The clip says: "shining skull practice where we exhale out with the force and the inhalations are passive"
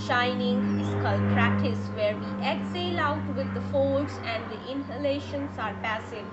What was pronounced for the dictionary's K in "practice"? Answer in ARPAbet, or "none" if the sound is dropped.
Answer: none